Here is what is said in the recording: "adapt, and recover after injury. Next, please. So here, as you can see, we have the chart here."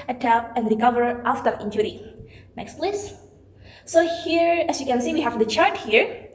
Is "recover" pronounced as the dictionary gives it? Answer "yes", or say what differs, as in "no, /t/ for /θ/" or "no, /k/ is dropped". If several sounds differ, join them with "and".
yes